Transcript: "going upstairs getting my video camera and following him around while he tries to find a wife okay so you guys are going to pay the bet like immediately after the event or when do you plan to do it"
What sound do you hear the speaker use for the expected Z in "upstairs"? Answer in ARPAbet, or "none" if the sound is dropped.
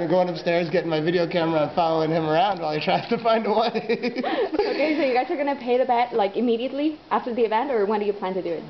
Z